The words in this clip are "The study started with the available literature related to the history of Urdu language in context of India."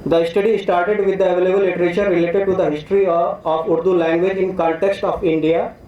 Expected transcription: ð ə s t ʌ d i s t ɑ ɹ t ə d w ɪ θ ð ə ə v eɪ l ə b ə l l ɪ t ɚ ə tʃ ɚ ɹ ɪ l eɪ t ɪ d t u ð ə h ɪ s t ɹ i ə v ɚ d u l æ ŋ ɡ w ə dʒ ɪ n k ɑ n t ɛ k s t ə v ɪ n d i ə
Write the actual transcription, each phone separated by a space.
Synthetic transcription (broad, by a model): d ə s t ʌ d i s t ɑ ɹ t ə d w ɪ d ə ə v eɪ l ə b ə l l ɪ t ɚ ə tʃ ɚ ɹ ɪ l eɪ t ɪ d t u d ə h ɪ s t ɹ i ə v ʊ d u l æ ŋ ɡ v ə dʒ ɪ n k ɑ n t ɛ k s t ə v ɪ n d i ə